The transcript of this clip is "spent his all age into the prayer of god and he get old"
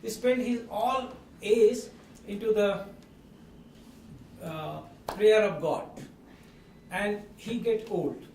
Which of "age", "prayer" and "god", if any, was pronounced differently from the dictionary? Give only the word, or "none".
age